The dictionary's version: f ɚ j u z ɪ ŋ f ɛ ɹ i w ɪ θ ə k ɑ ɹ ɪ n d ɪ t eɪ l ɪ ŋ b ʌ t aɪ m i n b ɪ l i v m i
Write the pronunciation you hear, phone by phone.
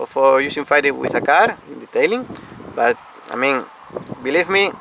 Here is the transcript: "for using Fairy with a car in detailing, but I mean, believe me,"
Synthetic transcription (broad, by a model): f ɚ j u s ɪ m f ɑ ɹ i w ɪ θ ə k ɑ ɹ ɪ n d ɪ t eɪ l ɪ ŋ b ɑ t aɪ m i n b ɪ l i v m i